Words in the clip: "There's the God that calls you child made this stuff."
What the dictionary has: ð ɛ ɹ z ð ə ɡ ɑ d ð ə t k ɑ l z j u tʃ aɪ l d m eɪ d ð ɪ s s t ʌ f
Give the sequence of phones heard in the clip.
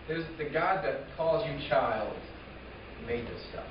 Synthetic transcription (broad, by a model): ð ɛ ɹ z ð ə ɡ ɑ d ð ə t k ɑ l z j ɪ tʃ aɪ l d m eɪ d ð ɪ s s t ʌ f